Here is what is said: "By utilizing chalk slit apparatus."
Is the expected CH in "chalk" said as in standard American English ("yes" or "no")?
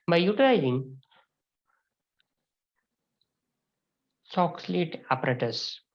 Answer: no